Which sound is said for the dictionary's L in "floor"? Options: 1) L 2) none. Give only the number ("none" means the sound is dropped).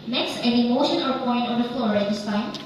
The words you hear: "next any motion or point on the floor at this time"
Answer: 1